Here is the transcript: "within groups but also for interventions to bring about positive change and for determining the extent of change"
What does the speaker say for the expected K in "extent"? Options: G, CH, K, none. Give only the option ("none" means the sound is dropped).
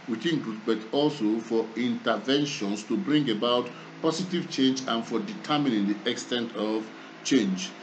K